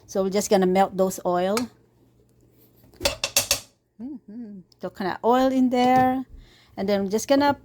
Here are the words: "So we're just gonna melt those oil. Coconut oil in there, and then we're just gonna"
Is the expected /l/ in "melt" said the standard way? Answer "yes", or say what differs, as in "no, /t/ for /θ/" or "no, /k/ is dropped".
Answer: yes